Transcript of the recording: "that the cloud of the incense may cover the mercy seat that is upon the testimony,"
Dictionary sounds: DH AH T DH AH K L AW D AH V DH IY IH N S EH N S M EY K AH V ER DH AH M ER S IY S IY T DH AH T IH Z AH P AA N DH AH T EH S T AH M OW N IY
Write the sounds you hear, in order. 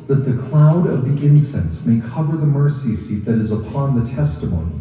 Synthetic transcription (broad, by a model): DH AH T DH AH K L AW D AH V DH IY IH N S EH N S M EY K AH V ER DH AH M ER S IY S IY T DH AH T IH Z AH P AA N DH AH T EH S T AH M OW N IY